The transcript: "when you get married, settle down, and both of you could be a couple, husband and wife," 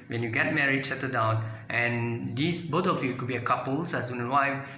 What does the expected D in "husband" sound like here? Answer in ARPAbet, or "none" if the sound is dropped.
none